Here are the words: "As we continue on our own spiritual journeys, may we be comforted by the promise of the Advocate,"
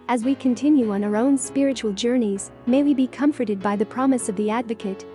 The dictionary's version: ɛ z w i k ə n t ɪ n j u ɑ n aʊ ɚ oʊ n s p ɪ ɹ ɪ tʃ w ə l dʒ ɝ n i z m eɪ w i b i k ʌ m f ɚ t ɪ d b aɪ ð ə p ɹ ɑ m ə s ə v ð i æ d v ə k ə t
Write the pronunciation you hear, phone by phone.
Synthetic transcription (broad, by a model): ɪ z w i k ə n t ɪ n j u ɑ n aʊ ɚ oʊ n s p ɪ ɹ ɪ tʃ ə l dʒ ɝ n i z m eɪ w i b i k ʌ m f ɚ t ɪ d b aɪ ð ə p ɹ ɑ m ə s ə v ð i æ d v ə k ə t